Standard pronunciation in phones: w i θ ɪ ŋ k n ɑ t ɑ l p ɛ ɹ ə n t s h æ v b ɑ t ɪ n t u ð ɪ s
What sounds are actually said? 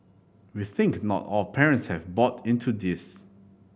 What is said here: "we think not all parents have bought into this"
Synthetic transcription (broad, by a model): w i θ ɪ ŋ k n ɑ t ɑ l p ɛ ɹ ə n t s h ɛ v b ɑ t ɪ n t u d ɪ s